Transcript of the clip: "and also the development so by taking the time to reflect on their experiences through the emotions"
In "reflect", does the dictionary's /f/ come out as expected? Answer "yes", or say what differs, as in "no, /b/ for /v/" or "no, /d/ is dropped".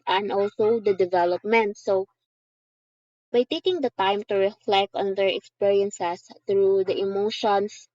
yes